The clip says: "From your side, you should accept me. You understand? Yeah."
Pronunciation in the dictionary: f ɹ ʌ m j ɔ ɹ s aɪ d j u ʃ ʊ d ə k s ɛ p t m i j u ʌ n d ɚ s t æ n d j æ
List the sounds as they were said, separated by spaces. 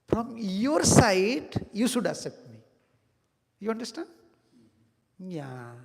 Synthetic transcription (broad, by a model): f ɹ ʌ m j ɔ ɹ s aɪ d j u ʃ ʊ d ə s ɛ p t m i j u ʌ n d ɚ s t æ n d j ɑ